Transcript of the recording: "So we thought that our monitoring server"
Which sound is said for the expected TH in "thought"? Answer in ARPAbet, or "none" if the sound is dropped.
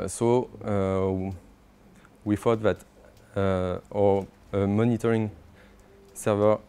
F